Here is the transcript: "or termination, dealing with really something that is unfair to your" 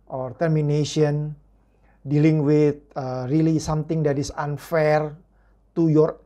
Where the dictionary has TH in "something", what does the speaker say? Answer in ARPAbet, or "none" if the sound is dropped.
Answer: T